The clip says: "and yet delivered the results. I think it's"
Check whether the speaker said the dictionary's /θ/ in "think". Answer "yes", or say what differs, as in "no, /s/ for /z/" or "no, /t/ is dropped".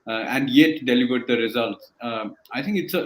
no, /t/ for /θ/